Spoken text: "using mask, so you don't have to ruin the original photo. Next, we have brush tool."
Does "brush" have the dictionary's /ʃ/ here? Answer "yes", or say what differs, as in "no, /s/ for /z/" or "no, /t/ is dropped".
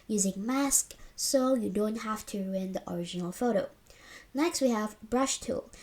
yes